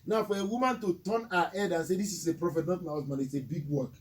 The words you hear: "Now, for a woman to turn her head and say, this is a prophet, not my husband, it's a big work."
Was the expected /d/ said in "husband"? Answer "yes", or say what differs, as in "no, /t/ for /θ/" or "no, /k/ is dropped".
no, /d/ is dropped